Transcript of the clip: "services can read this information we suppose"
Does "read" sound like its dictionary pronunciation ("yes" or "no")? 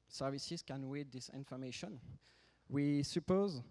no